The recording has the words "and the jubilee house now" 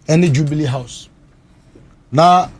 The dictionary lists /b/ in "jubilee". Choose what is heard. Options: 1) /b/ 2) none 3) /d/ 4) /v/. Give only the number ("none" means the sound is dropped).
1